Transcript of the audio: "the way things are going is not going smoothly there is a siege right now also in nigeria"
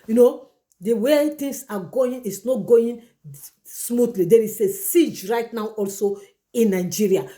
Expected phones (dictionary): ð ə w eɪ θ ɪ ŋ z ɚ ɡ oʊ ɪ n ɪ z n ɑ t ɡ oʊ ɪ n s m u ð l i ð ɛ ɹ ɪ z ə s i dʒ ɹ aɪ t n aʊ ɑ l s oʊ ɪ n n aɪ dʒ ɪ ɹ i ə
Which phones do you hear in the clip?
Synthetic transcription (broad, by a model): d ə w eɪ t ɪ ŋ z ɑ ɡ oʊ ɪ n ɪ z n ɑ t ɡ oʊ ɪ n s m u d l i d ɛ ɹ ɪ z ə s i dʒ ɹ aɪ t n aʊ ɑ l s oʊ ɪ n n aɪ dʒ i ɹ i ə